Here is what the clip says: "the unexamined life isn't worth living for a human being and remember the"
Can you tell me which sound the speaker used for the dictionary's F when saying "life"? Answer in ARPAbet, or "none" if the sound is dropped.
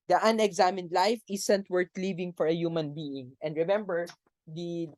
F